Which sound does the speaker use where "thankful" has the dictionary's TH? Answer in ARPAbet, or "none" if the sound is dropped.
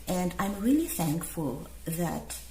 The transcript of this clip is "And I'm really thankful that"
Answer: TH